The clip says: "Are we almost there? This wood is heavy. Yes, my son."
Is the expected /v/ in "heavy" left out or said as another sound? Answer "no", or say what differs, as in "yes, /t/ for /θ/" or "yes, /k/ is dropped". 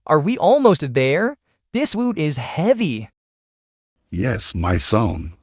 no